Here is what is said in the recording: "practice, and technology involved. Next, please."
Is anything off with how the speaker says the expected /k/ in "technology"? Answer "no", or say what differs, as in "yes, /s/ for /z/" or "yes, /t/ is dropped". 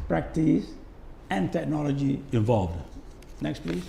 no